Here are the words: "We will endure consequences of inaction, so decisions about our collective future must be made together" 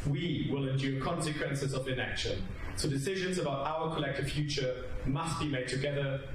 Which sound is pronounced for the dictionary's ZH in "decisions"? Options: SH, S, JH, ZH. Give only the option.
ZH